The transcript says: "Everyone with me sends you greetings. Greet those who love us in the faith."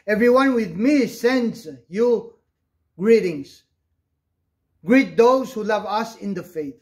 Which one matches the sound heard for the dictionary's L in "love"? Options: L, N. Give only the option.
L